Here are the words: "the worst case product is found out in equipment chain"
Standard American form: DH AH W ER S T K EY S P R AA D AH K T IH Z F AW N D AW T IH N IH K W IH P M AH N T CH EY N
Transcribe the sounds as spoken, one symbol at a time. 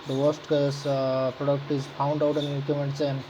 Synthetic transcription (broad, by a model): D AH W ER S T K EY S P R AA D AH K T IH Z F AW N D AW T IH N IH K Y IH M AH N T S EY N